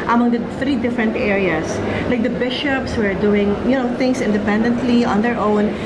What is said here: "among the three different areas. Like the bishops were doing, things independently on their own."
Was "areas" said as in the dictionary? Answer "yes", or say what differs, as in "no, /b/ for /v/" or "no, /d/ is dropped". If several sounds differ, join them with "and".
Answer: no, /s/ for /z/